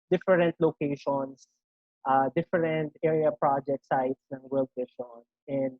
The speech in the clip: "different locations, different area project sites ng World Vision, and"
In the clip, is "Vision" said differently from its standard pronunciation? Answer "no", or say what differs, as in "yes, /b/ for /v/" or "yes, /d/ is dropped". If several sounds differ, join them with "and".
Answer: yes, /ʃ/ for /ʒ/